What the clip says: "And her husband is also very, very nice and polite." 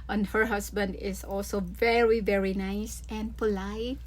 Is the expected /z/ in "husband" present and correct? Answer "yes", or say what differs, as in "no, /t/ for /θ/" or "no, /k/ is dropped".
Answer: no, /s/ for /z/